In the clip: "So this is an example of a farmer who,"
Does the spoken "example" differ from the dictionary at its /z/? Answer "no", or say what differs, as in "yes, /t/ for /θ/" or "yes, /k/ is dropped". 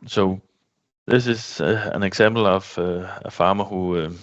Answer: yes, /s/ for /z/